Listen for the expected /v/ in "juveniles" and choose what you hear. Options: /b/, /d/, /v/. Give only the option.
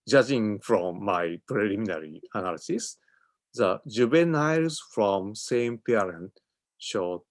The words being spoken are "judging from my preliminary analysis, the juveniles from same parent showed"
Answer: /b/